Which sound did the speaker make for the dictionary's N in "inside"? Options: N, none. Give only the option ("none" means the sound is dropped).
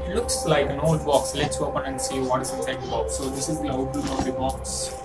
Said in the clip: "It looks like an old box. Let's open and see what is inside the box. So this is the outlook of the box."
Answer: none